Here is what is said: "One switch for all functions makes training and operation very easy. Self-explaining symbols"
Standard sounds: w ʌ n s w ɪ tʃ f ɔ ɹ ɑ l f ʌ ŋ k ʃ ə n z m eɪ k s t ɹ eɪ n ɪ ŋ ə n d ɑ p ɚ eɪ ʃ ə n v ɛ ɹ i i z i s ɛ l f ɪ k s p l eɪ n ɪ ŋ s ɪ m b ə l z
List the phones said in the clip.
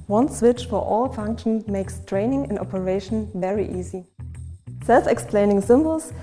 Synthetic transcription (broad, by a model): w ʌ n s w ɪ tʃ f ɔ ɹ ɑ l f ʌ ŋ k ʃ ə n m eɪ k s t ɹ eɪ n ɪ ŋ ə n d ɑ p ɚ eɪ ʃ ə n v ɛ ɹ i i z i s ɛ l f ɪ k s p l eɪ n ɪ ŋ s ɪ m b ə l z